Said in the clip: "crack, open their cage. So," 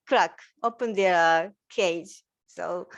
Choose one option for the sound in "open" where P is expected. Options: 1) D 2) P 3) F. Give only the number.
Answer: 2